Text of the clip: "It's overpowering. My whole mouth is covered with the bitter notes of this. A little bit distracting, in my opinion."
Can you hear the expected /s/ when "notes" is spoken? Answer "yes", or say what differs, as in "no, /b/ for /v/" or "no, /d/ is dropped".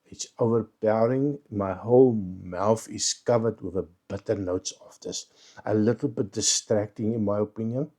yes